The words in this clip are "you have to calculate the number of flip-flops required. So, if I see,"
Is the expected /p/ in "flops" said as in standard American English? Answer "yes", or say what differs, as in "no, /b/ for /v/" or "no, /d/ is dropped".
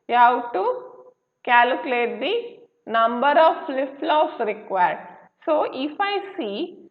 no, /p/ is dropped